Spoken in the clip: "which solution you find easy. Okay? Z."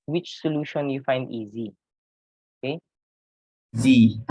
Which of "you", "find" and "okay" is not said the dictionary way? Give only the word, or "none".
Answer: none